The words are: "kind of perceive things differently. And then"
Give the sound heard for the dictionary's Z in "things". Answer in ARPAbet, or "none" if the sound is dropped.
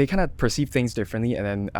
Z